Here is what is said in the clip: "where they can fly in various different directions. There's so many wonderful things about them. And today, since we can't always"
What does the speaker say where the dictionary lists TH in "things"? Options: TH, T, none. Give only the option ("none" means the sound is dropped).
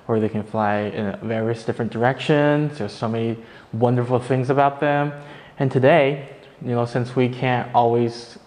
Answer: TH